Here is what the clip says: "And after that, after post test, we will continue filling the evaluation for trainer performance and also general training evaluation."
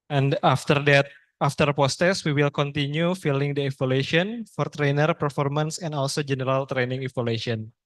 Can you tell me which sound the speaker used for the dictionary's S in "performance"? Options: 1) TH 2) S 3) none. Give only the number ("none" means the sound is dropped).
2